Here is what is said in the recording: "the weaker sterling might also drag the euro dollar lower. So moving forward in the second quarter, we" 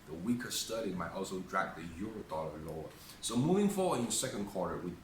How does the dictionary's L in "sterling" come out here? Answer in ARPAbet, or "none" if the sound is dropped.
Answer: none